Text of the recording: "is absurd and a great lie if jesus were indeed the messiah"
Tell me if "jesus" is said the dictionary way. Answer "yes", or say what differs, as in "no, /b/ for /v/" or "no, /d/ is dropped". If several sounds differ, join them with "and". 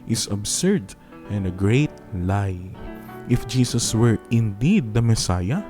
no, /s/ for /z/